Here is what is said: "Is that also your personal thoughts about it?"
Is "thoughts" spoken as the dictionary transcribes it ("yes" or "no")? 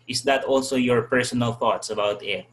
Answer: yes